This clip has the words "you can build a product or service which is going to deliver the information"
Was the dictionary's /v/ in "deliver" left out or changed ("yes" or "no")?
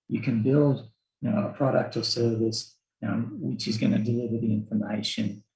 no